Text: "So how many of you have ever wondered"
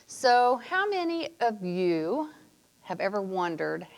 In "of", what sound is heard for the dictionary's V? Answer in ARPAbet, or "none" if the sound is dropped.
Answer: V